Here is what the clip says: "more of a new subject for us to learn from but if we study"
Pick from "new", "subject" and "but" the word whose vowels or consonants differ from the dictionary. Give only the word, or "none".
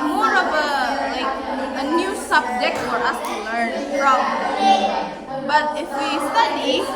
none